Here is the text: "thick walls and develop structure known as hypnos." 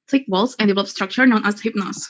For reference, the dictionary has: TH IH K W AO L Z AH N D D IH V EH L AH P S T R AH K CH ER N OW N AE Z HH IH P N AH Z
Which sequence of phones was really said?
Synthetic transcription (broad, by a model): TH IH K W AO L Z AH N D D IH V EH L AH P S T R AH K CH ER N OW N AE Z HH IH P N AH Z